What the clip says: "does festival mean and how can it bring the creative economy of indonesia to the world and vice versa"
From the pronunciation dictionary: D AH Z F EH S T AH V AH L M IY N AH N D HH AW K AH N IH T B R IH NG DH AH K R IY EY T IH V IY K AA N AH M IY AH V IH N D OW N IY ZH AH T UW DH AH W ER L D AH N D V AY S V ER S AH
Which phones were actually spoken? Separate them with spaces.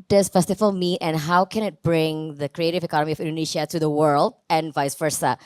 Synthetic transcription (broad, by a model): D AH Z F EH S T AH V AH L M IY AH N HH AW K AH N IH T B R IH NG DH AH K R IY EY T IH V IY K AA N AH M IY AH V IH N D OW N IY SH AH T UW DH AH W ER L D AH N V AY S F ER S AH